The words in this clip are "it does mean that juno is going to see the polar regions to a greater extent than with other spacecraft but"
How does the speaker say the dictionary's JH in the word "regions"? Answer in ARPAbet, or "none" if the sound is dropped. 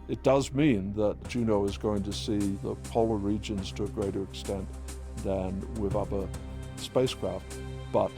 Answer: JH